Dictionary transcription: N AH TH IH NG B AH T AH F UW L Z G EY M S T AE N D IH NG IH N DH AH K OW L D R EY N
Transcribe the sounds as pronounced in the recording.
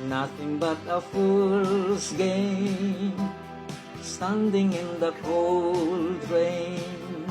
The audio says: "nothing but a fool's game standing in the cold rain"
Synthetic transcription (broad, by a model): N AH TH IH NG B AH T AH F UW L S G EY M S T AE N D IH NG IH N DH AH K OW L D R EY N